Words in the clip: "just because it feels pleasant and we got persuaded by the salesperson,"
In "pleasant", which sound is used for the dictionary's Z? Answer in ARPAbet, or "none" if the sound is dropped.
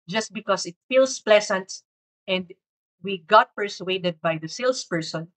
S